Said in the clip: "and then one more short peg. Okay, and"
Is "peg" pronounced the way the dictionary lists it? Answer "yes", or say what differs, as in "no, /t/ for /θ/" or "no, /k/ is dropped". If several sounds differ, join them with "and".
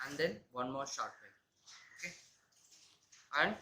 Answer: no, /ɡ/ is dropped